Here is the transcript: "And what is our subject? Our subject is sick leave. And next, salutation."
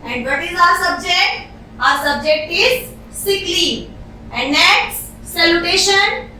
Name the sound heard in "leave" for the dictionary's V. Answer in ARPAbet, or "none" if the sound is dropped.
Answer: none